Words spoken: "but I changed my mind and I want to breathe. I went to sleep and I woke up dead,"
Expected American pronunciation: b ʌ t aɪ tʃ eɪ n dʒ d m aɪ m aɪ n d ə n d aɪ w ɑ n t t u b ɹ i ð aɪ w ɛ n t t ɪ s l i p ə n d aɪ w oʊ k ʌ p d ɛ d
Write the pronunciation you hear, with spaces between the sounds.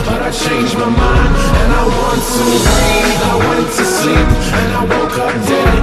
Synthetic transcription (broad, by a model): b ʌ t aɪ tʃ eɪ n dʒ m aɪ m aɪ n ə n aɪ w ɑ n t t u aɪ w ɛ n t t ɪ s i ə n aɪ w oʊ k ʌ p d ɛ